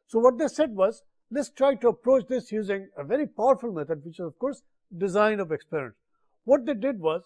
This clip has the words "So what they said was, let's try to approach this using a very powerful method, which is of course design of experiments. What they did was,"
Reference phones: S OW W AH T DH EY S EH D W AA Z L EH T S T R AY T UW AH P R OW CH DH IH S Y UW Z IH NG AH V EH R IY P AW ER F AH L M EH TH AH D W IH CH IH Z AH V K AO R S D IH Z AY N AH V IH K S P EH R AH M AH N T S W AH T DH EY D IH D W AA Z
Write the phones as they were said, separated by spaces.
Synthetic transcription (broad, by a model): S OW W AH T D EY S EH D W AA Z L EH T S T R AY T UW AH P R OW CH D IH S Y UW Z IH NG AH V EH R IY P AW ER F AH L M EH T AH D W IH CH IH Z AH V K AO R S D IH Z AY N AH V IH K S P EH R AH AH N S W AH T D EY D IH D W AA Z